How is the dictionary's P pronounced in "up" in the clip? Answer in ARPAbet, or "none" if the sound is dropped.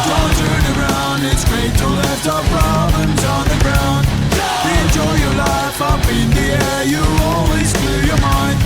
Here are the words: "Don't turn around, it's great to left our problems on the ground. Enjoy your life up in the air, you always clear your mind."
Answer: B